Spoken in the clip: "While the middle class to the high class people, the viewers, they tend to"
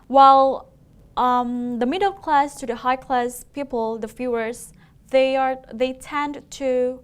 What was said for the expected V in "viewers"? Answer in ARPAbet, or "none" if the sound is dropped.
F